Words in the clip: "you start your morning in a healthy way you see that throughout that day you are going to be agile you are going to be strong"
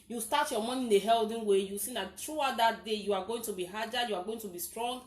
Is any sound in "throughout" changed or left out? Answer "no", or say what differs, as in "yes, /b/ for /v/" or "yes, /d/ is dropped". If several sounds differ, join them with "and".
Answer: yes, /t/ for /θ/